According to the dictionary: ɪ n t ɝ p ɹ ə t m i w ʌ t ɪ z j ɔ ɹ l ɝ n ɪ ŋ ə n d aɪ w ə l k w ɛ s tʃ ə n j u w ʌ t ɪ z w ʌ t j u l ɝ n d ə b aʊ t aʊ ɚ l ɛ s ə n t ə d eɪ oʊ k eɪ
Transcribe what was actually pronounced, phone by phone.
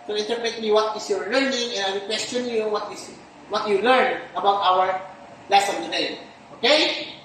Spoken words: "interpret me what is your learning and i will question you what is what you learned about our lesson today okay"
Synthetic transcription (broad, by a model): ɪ n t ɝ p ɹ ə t m i w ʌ t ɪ s j ɔ ɹ l ɝ n ɪ ŋ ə n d aɪ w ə k w ɛ s tʃ ə n j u w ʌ t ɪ s w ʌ t j u l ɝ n ə b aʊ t aʊ ɚ l ɛ s ə n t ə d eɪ oʊ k eɪ